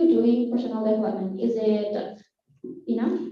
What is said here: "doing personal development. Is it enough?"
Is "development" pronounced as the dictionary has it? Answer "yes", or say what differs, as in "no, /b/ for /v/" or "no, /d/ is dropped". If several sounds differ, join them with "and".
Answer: no, /p/ is dropped